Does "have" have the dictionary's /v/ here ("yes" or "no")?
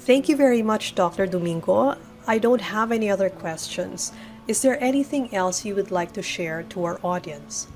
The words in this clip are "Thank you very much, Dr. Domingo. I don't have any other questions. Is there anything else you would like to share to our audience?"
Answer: yes